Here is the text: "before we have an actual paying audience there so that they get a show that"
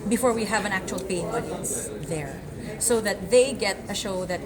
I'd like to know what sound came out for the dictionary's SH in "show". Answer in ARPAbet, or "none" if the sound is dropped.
SH